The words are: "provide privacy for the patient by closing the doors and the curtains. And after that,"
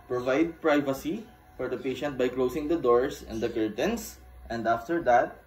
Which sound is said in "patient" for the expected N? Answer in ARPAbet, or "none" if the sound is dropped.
N